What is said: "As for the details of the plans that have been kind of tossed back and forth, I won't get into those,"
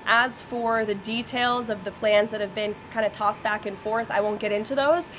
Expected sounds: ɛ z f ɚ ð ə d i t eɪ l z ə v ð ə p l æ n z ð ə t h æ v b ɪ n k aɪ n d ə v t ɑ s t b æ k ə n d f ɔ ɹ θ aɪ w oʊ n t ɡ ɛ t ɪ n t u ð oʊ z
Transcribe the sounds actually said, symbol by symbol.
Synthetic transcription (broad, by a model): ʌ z f ɚ ð ə d i t eɪ l z ə v ð ə p l æ n z ð ə t h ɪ v b ɪ n k aɪ n d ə t ɑ s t b æ k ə n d f ɔ ɹ θ aɪ w oʊ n ɡ ɛ t ɪ n t u ð oʊ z